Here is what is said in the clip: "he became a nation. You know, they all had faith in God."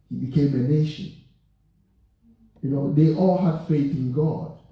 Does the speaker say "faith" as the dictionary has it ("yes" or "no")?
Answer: yes